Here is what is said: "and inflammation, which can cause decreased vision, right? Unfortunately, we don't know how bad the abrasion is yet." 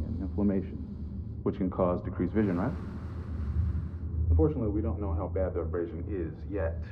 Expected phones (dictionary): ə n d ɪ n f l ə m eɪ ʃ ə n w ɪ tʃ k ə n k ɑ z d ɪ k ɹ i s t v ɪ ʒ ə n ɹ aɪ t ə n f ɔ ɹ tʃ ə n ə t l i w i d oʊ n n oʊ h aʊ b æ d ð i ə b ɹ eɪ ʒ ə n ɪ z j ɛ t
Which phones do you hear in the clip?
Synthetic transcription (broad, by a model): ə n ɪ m f l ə m eɪ ʃ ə n w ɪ tʃ k ə n k ɑ z d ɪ k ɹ i s v ɪ ʒ ə n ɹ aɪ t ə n f ɔ ɹ tʃ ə n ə t l i w i d oʊ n n oʊ h aʊ b æ d ð i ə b ɹ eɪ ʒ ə n ɪ z j ɛ t